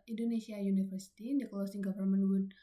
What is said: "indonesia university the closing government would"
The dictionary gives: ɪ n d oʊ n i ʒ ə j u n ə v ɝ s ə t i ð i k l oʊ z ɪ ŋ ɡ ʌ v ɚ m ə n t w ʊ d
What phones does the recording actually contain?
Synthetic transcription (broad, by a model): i n d oʊ n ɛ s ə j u n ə f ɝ s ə t i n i k l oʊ s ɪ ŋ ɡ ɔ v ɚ m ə n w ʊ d